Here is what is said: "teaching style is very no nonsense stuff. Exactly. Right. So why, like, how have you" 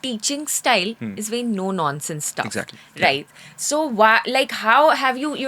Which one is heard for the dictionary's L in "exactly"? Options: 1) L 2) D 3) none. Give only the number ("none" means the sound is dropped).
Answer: 3